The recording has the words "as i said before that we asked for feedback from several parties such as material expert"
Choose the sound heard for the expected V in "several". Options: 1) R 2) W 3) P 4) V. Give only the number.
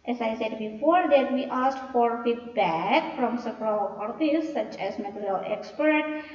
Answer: 3